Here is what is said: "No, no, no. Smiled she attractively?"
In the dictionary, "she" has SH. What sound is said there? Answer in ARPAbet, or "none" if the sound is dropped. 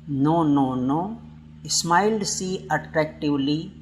S